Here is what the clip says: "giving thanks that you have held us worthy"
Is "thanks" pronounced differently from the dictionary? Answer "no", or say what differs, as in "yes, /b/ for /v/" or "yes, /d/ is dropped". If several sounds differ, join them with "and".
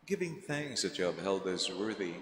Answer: no